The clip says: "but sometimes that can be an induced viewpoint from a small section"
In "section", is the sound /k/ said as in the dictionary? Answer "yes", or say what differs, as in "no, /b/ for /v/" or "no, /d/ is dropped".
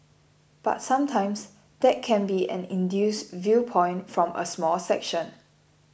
yes